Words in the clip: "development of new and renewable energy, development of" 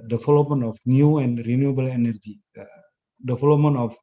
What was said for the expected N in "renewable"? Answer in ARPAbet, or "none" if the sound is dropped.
N